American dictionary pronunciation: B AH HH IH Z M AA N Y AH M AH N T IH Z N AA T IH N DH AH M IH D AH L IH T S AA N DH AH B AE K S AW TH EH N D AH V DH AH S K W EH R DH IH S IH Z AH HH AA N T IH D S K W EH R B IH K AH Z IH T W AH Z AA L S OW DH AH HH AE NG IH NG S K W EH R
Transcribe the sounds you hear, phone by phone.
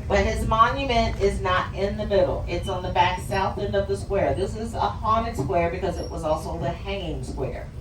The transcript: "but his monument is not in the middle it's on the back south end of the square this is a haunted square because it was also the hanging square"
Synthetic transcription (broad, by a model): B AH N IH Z M AA N Y AH M AH N T IH Z N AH T IH N DH AH M IH D L IH T S N DH AH B AE K S AW TH EH N D AH V DH AH S K W EH R DH IH S IH Z AH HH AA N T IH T S K W EH R B IH K AH Z IH T W AH Z AA L S OW DH AH HH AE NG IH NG S K W EH R